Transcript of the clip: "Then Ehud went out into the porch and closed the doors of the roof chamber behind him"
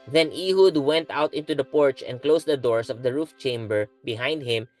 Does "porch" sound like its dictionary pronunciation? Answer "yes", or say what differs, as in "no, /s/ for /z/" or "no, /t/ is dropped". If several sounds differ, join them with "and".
yes